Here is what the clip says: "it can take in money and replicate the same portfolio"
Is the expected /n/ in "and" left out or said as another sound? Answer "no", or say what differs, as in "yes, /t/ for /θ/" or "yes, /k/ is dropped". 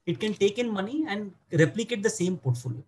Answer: no